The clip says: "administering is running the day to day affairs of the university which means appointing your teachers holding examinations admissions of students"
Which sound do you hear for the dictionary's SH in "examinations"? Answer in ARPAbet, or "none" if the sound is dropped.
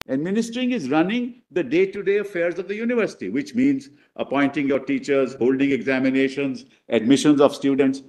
SH